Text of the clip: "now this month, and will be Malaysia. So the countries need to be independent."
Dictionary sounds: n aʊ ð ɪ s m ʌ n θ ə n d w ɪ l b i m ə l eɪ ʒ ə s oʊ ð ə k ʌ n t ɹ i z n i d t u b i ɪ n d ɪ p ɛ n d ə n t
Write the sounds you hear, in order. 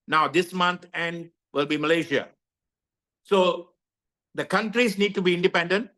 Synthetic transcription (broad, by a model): n aʊ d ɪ s m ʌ n t ə n d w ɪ l b i m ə l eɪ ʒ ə s oʊ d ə k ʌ n t ɹ i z n i d t u b i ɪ n d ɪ p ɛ n d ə n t